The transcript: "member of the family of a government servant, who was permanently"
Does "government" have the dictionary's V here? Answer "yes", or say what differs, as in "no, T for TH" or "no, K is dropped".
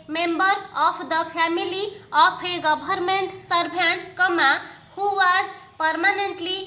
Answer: no, B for V